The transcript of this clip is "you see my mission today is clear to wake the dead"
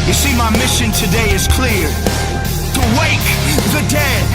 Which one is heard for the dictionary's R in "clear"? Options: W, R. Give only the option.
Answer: R